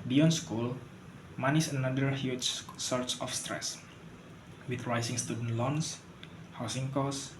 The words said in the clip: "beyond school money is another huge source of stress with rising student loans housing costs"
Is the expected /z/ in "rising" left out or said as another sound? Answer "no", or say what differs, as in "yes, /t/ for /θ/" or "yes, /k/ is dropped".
yes, /s/ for /z/